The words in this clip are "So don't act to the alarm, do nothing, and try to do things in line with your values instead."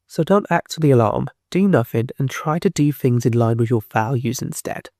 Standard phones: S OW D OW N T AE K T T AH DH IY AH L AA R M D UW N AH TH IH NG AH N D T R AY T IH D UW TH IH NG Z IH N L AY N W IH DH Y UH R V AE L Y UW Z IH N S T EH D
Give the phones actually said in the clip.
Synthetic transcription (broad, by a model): S OW D OW N T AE K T T AH DH IY AH L AA R M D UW N AH F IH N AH N T R AY T IH D UW TH IH NG Z IH N L AY N W IH DH Y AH R F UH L Y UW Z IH N S T EH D